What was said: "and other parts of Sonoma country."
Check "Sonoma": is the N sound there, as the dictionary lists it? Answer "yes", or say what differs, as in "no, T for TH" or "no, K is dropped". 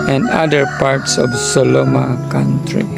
no, L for N